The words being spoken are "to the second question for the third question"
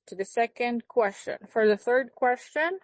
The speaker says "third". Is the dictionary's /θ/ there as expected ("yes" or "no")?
yes